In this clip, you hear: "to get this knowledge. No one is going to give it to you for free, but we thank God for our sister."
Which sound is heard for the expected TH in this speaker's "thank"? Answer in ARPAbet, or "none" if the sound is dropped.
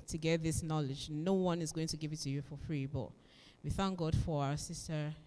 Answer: TH